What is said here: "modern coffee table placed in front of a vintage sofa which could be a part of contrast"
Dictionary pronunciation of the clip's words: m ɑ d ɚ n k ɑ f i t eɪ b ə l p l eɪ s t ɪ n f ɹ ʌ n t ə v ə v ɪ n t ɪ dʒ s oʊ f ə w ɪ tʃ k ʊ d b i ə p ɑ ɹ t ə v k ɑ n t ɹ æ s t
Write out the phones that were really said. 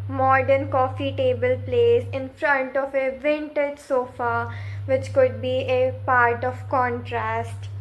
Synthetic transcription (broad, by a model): m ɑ d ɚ n k ɑ f i t eɪ b ə l p l eɪ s ɪ n f ɹ ʌ n t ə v ə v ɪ n t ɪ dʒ s oʊ f ə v ɪ tʃ k ʊ d b i ə p ɑ ɹ t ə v k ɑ n t ɹ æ s t